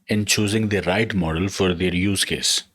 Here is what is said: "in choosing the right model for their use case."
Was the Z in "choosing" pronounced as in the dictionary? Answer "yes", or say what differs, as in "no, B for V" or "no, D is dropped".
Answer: yes